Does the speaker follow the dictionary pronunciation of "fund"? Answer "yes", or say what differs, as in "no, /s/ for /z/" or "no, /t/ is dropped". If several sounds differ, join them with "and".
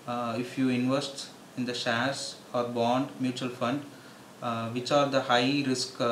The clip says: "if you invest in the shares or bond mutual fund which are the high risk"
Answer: yes